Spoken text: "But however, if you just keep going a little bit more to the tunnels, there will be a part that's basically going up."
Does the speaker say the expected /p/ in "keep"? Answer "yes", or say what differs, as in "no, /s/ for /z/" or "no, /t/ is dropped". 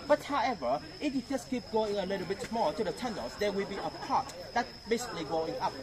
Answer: yes